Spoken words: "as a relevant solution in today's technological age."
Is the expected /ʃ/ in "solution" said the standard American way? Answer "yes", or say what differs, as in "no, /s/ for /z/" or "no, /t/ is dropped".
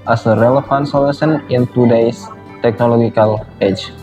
no, /s/ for /ʃ/